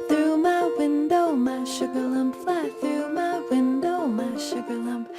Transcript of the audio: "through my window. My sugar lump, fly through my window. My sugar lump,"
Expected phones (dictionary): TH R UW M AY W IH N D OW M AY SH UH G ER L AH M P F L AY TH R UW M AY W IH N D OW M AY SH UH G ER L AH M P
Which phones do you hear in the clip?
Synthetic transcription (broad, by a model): TH R UW M AY W IH N D OW M AY SH UH G ER L AH M P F AY TH R UW M AY W IH N D OW M AY SH UH G ER L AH M P